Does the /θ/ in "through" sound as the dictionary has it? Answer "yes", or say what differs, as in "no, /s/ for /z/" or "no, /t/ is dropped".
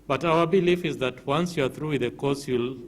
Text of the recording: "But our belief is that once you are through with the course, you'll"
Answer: yes